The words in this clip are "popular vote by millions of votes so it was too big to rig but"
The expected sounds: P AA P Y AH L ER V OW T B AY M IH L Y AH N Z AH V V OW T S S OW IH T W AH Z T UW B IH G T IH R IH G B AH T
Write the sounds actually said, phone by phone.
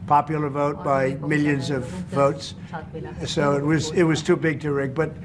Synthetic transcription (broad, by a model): P AA P Y L ER V OW T B AY M IH L Y AH N Z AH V V OW T S S OW IH T W AH Z T UW B IH G T IH R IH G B AH T